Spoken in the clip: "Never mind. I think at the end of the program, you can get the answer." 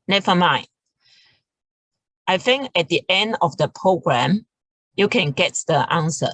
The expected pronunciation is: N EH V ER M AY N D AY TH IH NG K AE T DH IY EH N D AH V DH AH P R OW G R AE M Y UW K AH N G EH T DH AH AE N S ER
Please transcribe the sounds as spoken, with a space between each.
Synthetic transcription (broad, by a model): N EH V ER M AY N AY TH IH NG K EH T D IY EH N D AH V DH AH P R OW G R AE M Y UW K AH N G EH T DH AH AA N S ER